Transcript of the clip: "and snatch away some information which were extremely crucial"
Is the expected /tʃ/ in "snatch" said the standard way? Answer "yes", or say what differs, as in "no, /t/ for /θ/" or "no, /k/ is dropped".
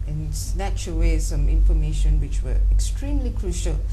yes